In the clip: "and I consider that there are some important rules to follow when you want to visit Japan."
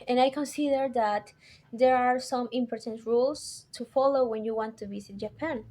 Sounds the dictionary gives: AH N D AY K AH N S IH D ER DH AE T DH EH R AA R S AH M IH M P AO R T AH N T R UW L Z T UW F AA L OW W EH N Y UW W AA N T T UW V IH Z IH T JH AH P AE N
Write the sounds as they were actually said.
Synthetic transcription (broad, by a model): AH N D AY K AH N S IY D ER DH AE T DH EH R AA R S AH M IH M P AO R T AH N T R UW L S T UW F AA L OW W EH N Y UW W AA N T T UW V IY S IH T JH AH P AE N